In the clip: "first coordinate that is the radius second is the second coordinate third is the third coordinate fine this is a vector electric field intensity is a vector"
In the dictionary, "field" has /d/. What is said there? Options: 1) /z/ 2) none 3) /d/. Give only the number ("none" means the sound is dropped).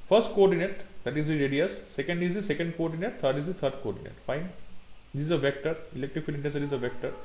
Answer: 2